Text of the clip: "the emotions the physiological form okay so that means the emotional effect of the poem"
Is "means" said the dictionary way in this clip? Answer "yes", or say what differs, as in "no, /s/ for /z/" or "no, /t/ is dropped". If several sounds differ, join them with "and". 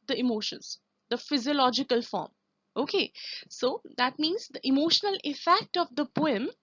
yes